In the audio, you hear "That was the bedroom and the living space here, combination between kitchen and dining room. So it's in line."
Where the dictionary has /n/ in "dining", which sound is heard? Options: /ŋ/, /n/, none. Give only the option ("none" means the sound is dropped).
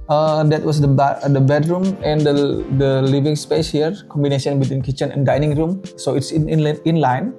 /n/